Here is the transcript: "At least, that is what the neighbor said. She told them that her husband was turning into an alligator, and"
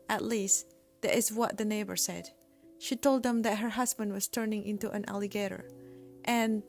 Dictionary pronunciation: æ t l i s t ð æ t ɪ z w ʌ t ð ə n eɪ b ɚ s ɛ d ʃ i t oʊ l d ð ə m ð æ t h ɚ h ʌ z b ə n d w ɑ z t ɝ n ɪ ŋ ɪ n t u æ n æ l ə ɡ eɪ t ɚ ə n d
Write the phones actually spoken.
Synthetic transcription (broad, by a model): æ t l i s t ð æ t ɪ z w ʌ t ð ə n eɪ b ɚ s ɛ d ʃ i t oʊ l d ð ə m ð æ t h ɚ h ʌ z b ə n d w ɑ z t ɝ n ɪ ŋ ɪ n t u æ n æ l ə ɡ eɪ t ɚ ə n